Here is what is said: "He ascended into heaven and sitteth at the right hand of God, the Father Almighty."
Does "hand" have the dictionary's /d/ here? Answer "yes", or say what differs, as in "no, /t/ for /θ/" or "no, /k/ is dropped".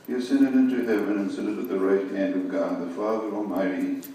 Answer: yes